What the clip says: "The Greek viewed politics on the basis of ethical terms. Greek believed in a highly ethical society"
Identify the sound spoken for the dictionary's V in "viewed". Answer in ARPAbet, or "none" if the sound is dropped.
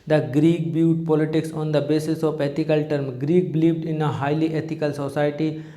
B